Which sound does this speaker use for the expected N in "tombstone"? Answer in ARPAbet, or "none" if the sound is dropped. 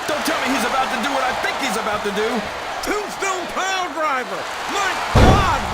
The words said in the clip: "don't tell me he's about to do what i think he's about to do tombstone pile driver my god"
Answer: L